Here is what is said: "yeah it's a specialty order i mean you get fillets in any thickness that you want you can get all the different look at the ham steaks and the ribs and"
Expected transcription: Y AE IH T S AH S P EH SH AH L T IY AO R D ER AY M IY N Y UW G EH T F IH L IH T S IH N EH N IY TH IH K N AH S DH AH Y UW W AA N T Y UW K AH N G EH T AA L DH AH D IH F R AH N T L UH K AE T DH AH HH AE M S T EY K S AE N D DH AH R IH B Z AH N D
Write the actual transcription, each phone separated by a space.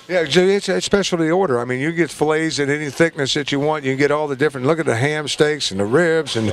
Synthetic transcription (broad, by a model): Y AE IH T S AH S P EH SH L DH IY AO R D ER AY M IY N Y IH G EH T F L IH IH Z IH N EH N IY TH IH K N AH S DH AH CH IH W AA N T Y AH G EH T AA L DH AH D IH F R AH N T L UH K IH T DH AH HH AE M S T EY K S N DH AH R IH B Z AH N